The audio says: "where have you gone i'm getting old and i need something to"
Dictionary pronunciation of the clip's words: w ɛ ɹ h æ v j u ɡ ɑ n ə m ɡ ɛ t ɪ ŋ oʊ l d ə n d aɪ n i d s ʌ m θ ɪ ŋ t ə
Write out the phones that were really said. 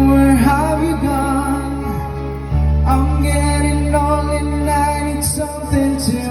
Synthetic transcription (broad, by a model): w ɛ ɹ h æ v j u ɡ ɑ n ə m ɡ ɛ t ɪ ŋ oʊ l ə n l aɪ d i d s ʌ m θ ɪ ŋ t